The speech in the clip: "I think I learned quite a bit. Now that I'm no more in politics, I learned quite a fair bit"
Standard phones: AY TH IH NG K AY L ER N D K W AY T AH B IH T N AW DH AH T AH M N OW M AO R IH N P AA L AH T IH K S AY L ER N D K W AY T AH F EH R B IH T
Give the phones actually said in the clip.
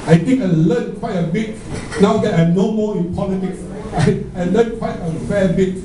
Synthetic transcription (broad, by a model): AY T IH NG K AY L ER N K W AY T AH B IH T N AW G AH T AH N OW M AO IH N P AA L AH T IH K S AY L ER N K W AY T AH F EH B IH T